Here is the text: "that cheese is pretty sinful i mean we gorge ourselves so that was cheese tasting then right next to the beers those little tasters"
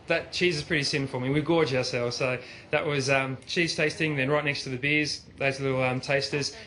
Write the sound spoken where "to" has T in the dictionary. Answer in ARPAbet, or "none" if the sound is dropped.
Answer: T